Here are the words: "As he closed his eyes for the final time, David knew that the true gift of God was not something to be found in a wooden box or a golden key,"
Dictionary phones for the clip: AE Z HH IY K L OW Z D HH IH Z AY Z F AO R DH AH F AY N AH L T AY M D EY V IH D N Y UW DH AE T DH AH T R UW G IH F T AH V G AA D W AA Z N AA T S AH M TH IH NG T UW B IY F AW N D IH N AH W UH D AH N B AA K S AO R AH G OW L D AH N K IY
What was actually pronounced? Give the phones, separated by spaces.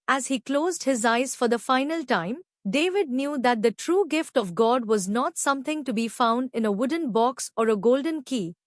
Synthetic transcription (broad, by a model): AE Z HH IY K L OW Z D HH IH Z AY Z F AO R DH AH F AY N AH L T AY M D EY V IH D N Y UW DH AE T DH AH T R UW G IH F T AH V G AA D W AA Z N AA T S AH M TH IH NG T UW B IY F AW N D IH N AH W UH D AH N B AA K S AO R AH G OW L D AH N K IY